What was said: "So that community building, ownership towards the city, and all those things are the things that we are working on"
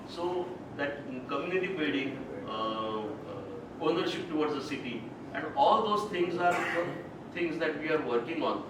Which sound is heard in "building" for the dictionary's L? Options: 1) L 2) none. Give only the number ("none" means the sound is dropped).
2